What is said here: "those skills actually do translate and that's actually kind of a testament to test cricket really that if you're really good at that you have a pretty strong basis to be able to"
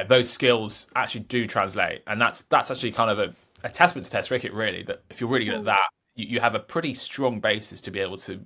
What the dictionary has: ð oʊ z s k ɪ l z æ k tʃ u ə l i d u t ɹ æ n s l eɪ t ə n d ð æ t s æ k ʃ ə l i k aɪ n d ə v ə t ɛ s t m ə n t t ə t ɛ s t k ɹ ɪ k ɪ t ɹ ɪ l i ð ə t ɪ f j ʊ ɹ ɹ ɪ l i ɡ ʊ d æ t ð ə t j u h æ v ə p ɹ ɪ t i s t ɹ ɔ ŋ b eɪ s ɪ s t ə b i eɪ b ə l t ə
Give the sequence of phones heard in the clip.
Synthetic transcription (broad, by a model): ð oʊ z s k ɪ l z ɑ k tʃ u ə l i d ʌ t ɹ æ n s l eɪ t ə n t ð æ t s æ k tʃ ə l i k aɪ n d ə v ə t ɛ s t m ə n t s t ɛ s t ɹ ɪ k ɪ t ɹ ɪ l i ð ə t ɪ f j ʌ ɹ ɹ ɪ l i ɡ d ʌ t ð ə t j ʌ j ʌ v ə p ɹ ɪ t i s t ɹ ɔ ŋ b eɪ s ɪ s t ə b i eɪ b ə l t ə